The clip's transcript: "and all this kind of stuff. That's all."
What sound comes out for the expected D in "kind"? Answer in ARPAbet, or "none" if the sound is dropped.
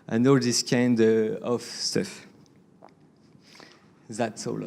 D